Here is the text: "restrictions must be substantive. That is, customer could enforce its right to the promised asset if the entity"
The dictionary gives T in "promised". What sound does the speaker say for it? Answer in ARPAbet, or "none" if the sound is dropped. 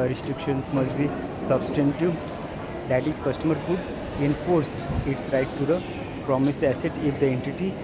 none